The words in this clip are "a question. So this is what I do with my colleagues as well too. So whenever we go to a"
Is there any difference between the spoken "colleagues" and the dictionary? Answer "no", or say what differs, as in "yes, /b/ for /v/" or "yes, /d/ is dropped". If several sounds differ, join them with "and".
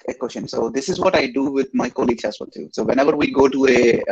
yes, /z/ is dropped